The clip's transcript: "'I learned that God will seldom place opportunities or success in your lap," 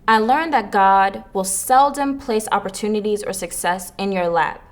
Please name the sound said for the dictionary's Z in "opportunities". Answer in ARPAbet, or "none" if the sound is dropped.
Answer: Z